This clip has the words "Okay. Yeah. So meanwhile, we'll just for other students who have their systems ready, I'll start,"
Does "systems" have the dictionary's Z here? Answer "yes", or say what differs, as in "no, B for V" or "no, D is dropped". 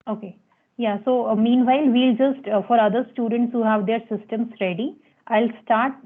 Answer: no, S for Z